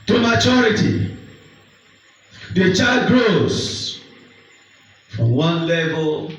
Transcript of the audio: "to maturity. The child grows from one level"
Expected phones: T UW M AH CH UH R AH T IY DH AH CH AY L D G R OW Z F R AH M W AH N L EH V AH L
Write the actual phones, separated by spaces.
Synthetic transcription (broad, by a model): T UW M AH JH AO R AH T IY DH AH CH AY D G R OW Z F R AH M W AH N L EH V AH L